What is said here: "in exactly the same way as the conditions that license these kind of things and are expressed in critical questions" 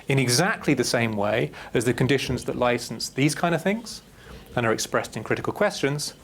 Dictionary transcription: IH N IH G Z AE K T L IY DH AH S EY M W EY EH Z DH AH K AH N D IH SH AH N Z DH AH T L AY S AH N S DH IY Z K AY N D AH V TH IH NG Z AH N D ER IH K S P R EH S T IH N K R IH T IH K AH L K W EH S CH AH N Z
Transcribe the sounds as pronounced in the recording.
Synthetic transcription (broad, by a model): IH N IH G Z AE K T L IY DH AH S EY M W EY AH Z DH AH K AH N D IH SH AH N Z DH AH T L AY S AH N S DH IY Z K AY N D AH V TH IH NG Z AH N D ER IH K S P R EH S T IH N K R IH T IH K AH L K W EH S CH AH N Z